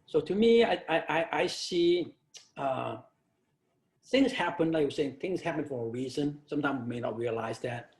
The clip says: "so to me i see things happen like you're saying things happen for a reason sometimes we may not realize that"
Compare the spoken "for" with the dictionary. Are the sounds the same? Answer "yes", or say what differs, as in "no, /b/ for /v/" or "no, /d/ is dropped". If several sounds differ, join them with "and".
yes